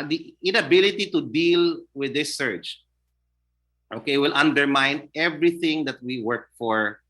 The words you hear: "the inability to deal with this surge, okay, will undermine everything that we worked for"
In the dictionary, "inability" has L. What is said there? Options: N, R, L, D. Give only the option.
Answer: L